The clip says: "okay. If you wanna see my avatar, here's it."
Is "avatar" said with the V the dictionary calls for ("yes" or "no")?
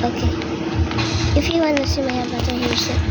no